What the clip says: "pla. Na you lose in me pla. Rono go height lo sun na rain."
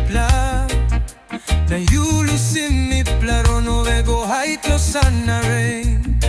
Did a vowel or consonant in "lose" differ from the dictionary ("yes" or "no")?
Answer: yes